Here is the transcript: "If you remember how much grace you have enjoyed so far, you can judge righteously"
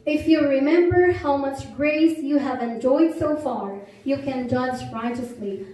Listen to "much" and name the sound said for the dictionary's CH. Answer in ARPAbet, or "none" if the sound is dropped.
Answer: CH